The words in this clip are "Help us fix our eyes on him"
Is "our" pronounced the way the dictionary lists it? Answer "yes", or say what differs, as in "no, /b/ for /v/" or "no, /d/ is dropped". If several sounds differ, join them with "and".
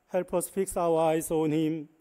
no, /w/ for /ɹ/